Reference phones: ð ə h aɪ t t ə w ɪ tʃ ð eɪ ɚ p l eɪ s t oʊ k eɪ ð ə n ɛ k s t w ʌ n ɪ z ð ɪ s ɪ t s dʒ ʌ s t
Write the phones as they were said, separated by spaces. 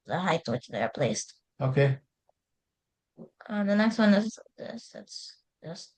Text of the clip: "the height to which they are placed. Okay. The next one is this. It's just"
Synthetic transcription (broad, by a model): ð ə h aɪ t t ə w ɪ tʃ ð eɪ ɚ p l eɪ s t oʊ k eɪ ð ə n ɛ k s t w ʌ n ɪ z ð ɪ s ɪ t s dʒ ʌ s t